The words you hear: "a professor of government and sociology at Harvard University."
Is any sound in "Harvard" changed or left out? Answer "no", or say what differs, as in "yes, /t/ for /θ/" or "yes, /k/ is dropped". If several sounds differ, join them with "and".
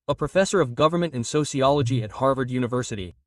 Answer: no